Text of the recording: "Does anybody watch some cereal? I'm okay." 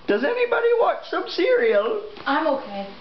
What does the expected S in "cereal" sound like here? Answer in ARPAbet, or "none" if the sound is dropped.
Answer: S